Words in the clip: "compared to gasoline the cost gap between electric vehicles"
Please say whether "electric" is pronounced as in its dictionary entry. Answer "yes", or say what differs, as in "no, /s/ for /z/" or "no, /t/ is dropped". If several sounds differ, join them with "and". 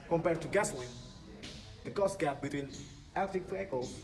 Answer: no, /ɹ/ is dropped